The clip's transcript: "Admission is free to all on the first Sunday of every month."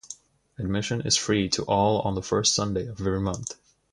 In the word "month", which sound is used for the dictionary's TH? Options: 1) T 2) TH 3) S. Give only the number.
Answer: 2